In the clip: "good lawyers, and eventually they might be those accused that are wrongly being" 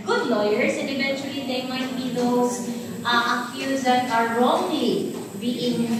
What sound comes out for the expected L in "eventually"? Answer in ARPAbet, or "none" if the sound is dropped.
L